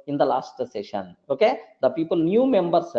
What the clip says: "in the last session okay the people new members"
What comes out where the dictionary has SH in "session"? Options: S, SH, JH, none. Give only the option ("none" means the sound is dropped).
SH